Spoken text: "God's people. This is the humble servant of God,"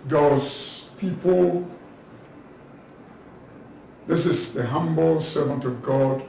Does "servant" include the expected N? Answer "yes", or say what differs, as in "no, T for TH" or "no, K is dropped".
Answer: yes